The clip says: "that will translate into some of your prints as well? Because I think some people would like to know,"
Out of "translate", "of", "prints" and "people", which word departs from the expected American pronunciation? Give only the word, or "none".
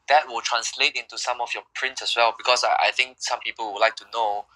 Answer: of